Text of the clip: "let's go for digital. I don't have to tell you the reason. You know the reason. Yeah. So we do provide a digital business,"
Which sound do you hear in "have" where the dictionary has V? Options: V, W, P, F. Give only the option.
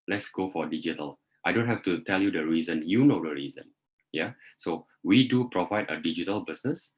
F